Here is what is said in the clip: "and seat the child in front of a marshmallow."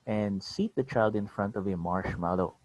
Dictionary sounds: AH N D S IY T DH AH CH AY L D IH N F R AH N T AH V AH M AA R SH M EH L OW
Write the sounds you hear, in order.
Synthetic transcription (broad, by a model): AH N D S IY T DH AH CH AY L D IH N F R AH N T AH V AH M AA R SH M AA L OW